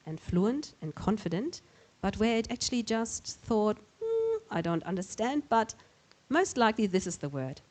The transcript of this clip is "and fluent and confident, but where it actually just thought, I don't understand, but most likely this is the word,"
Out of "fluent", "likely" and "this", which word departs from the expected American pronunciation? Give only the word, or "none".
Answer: none